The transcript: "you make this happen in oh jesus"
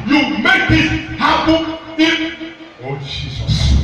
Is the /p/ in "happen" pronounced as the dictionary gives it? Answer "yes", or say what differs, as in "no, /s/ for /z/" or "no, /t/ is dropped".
no, /b/ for /p/